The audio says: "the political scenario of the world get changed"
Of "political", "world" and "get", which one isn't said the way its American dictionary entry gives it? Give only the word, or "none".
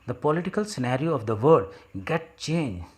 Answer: world